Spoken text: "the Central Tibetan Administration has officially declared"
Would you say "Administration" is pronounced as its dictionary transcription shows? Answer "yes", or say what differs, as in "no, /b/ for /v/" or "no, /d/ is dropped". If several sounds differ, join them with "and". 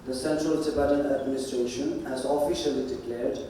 yes